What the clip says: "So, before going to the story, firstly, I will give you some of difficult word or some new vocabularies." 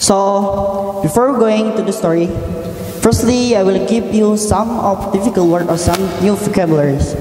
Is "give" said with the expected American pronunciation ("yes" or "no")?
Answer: no